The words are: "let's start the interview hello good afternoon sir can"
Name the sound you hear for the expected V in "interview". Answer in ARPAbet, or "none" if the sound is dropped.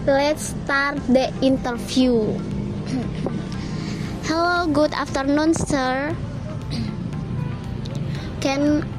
F